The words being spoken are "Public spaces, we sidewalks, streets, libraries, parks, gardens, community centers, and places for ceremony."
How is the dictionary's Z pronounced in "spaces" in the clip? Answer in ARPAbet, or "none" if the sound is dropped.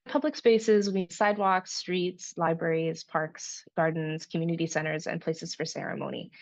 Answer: Z